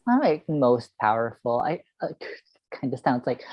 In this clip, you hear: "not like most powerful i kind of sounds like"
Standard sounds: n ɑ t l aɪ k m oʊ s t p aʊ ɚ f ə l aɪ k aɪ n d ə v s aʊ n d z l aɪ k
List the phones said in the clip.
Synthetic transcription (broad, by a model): ɑ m l aɪ k m oʊ s t p aʊ ɚ f l aɪ k aɪ n d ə s aʊ n d z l aɪ k